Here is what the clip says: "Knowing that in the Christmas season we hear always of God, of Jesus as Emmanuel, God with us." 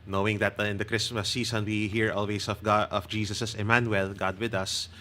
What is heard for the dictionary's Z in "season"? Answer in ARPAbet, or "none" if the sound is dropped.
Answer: S